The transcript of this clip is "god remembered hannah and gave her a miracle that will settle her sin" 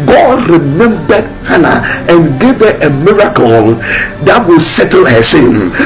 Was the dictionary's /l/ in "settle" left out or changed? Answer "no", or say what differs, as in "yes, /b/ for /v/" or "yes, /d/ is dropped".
no